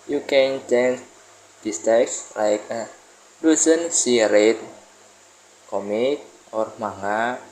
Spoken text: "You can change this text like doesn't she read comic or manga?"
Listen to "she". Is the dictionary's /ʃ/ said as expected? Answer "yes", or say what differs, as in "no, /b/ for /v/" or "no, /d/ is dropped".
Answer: no, /s/ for /ʃ/